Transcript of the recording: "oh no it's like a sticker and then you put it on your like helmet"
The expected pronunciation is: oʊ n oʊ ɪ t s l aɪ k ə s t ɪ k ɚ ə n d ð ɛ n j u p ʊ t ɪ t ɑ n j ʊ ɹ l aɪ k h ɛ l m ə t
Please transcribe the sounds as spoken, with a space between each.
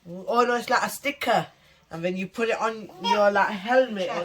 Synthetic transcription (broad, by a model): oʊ l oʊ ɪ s l aɪ k ə s t ɪ k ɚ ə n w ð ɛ n j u p ʊ t ɪ t n j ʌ l aɪ k h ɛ l m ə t